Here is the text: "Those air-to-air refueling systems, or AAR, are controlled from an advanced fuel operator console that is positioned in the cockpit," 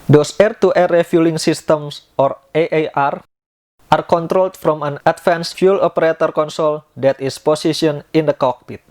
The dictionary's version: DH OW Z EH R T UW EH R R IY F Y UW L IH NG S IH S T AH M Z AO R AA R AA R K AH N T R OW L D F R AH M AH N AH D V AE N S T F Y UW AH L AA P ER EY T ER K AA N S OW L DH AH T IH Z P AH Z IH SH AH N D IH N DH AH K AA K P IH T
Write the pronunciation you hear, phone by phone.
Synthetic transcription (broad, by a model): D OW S EH R T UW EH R R IY F Y UW L IH NG S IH S T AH M S AO R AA R AA R K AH N T R OW L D F R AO M AH N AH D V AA N S F Y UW L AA P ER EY T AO K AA N S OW L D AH T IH S P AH S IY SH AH N IH N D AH K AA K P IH T